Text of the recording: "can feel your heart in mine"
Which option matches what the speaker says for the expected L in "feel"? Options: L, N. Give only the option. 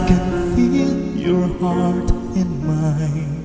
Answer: N